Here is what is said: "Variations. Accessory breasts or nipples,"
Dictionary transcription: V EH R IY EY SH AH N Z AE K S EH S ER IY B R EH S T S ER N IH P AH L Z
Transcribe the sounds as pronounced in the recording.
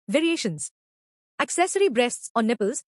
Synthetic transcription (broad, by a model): V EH R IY EY SH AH N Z AE K S EH S ER IY B R EH S T S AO N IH P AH L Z